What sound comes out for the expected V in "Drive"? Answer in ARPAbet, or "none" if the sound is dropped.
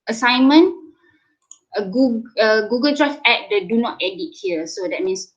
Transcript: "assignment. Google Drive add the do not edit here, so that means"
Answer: F